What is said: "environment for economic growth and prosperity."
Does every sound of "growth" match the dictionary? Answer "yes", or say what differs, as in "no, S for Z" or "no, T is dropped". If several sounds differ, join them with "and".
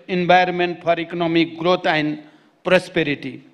no, T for TH